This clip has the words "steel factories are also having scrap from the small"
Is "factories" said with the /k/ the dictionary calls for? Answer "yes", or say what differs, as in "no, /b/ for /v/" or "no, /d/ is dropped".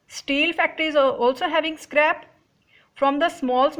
yes